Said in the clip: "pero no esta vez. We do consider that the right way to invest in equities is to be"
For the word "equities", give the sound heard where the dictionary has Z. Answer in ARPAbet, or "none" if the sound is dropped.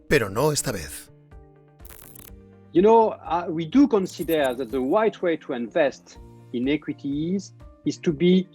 Z